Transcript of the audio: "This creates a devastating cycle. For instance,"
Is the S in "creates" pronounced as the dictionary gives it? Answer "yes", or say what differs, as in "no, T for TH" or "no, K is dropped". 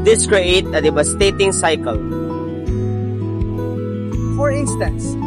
no, S is dropped